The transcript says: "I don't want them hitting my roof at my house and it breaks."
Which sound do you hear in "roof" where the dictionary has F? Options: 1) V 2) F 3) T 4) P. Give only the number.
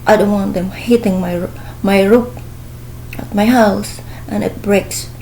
4